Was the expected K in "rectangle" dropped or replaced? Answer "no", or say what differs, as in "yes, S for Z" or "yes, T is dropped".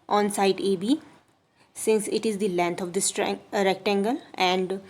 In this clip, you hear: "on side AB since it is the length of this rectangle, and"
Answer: no